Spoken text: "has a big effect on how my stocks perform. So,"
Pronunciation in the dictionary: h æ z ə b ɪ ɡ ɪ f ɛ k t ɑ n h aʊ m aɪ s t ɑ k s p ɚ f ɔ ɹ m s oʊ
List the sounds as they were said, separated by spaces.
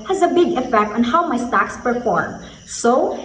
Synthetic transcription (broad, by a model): h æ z ə b ɪ ɡ ɪ f ɛ k t ɑ n h aʊ m aɪ s t ɑ k s p ɚ f ɔ ɹ m s oʊ